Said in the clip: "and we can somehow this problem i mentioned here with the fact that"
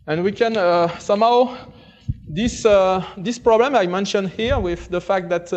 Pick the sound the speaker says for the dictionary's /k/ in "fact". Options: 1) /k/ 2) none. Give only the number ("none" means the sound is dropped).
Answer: 1